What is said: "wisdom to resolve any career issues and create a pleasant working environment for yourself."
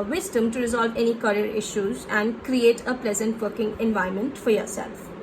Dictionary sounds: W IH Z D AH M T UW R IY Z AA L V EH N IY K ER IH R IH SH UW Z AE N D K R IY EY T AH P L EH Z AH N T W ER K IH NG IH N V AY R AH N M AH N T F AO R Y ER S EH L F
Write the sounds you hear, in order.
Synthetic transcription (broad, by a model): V IH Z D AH M T UW R IY Z AA L V EH N IY K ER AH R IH SH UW Z AE N D K R IY EY T AH P L EH Z AH N T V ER K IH NG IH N V AY AH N M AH N T F AO R Y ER S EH L F